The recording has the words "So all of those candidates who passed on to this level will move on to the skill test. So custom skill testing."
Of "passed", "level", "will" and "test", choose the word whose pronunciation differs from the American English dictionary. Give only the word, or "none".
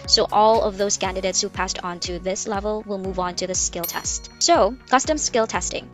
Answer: none